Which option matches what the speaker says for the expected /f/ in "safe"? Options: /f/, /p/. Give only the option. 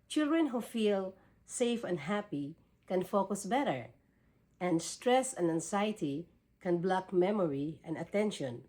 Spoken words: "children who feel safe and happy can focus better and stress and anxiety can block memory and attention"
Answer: /f/